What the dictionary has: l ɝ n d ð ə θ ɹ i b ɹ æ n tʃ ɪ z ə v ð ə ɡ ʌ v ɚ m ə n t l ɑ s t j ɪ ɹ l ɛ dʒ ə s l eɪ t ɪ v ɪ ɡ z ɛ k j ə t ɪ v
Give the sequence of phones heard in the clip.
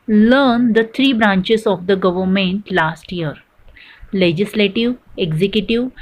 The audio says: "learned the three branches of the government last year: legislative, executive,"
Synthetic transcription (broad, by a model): l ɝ n d ə t ɹ i b ɹ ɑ n tʃ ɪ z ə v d ə ɡ ʌ v ɚ m ə n t l ɑ s t j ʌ ɹ l ɛ dʒ ə s l eɪ t ɪ v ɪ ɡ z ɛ k j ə t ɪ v